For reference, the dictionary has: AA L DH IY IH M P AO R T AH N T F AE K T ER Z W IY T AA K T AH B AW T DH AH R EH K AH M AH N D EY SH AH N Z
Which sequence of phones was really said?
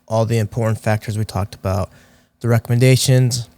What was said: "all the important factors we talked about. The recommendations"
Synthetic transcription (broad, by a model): AA L DH IY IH M P AO R T N T F AE K T ER Z W IY T AA K T AH B AW T DH AH R EH K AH M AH N D EY SH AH N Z